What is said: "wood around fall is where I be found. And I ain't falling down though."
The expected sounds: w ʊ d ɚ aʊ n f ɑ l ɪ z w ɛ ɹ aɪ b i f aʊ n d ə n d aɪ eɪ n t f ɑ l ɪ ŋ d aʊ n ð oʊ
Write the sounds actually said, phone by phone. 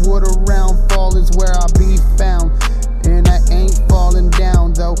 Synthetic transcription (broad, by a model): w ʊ d ɚ aʊ n f ɑ l ɪ z w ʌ ɹ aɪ b i f aʊ n d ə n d aɪ eɪ n t f ɑ l ɪ ŋ d aʊ n ð oʊ